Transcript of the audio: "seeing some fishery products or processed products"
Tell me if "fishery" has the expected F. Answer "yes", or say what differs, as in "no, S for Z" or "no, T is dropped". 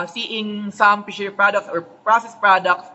no, P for F